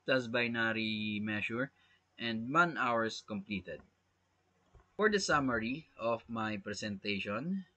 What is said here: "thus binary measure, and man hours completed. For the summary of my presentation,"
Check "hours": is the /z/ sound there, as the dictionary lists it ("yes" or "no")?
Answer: no